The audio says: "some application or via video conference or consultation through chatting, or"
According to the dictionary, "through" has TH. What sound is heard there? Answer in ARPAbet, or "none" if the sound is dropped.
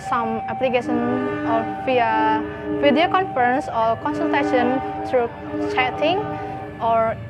T